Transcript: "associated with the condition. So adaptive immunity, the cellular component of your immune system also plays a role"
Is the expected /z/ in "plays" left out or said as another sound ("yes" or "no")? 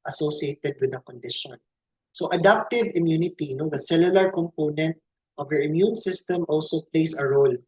yes